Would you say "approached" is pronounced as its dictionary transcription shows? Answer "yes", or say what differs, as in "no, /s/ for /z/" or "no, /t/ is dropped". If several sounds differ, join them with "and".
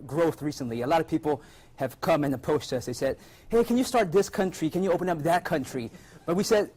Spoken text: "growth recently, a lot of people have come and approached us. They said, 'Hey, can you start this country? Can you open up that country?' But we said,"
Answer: no, /ɹ/ is dropped and /s/ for /tʃ/